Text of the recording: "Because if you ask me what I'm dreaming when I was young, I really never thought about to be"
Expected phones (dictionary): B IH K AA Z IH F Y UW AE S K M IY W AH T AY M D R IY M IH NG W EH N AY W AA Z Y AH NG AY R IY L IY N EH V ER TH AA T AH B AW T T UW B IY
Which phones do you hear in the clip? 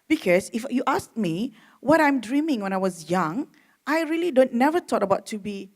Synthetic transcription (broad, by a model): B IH K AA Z IH F Y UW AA S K M IY W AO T AY M D R IY M IH NG W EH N AY W AA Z Y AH NG AY R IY L IY N EH V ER T AA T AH B AW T T UW B IY